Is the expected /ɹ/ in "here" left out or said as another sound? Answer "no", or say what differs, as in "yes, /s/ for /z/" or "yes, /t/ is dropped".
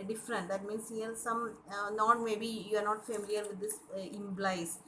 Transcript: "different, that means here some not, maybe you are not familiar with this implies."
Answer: yes, /l/ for /ɹ/